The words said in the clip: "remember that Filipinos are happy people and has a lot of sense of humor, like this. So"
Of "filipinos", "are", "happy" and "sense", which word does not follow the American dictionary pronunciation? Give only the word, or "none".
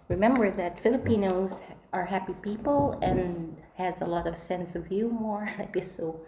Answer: none